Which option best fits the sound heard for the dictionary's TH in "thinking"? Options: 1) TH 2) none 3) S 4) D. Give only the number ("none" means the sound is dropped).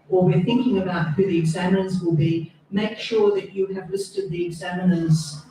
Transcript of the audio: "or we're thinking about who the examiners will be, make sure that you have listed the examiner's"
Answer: 1